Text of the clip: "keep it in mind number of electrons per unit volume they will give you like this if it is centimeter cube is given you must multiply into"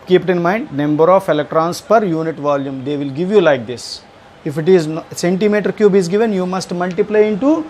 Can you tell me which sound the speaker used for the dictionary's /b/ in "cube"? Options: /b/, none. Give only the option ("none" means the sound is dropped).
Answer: /b/